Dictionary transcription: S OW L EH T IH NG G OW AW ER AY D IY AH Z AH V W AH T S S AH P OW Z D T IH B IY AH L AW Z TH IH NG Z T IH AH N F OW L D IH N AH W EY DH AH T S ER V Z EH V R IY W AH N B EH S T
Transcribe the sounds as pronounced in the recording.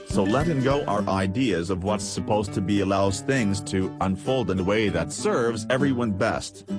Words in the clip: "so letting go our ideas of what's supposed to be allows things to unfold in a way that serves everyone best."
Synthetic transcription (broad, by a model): S OW L EH T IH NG G OW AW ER AY D IY AH Z AH V W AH T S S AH P OW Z T IH B IY AH L AW Z TH IH NG Z T IH AH N F OW L D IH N AH W EY DH AH T S ER V Z EH V R IY W AH N B EH S T